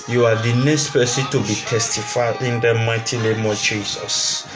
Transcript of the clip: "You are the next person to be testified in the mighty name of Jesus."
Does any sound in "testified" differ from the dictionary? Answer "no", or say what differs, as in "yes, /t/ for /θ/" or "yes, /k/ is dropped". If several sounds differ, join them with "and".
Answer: yes, /d/ is dropped